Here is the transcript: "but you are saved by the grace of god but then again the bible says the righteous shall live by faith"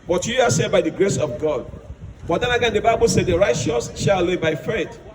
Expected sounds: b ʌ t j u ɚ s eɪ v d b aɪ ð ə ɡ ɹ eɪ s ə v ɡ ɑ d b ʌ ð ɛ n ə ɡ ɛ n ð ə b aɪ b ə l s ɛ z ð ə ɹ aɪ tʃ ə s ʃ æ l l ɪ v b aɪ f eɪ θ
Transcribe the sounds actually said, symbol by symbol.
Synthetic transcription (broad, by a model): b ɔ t j u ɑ s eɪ d b aɪ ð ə ɡ ɹ eɪ s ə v ɡ ɑ d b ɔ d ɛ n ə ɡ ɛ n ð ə b aɪ b ə l s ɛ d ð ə ɹ aɪ tʃ ə s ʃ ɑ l l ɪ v b aɪ f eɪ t